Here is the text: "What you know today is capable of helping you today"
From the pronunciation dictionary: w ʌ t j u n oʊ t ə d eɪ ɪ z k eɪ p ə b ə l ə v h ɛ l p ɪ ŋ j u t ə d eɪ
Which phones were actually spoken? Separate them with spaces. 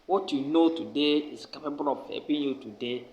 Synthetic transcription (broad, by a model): w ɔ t j u n oʊ t ə d eɪ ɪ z k eɪ p ə b ə l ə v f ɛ p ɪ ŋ j u t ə d eɪ